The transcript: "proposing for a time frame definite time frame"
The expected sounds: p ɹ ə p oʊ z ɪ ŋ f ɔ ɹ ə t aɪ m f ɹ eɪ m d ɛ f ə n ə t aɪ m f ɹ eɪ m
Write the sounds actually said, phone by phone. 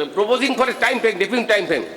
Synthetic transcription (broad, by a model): p ɹ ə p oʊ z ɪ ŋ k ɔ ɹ ə t aɪ m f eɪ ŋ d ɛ p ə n t aɪ m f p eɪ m